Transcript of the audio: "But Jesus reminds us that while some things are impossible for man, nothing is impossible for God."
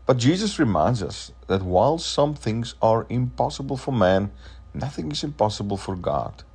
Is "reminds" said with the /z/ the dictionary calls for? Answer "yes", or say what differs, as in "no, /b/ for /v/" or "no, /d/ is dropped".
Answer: yes